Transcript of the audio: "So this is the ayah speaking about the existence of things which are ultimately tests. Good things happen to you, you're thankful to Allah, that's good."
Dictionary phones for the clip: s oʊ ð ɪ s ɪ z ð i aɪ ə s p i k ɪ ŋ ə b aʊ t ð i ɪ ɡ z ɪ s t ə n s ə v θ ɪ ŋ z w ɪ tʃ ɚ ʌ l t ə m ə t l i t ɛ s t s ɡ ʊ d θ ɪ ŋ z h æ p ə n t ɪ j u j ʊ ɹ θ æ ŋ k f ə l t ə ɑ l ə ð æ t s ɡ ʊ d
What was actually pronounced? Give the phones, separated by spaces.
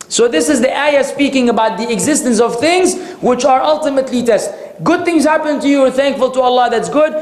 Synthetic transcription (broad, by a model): s oʊ ð ɪ s ɪ z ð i aɪ ə s p i k ɪ ŋ ə b aʊ t ð i ɪ ɡ z ɪ s t ə n s ə v θ ɪ ŋ z w ɪ tʃ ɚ ʌ l t ə m ə t l i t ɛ s t ɡ ʊ d θ ɪ ŋ z h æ p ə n t ɪ j u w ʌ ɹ θ æ ŋ k f ə l t ə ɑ l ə ð æ t s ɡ ʊ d